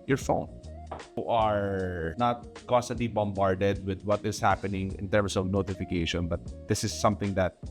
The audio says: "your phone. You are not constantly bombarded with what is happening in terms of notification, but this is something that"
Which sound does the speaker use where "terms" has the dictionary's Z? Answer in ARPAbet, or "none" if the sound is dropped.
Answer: S